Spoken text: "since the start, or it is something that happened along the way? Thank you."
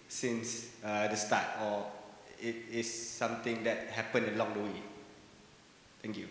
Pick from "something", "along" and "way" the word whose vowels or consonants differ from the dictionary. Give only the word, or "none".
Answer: something